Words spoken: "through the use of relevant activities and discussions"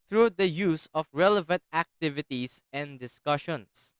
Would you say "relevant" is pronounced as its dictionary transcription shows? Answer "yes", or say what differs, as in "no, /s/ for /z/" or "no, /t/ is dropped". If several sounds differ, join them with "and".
yes